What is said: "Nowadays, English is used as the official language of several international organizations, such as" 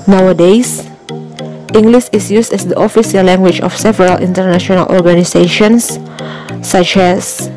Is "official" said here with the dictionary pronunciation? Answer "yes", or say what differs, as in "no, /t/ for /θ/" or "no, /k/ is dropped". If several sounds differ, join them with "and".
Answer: no, /s/ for /ʃ/